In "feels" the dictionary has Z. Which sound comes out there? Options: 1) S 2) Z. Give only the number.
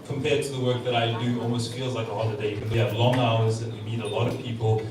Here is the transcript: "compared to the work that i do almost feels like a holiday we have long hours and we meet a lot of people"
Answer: 2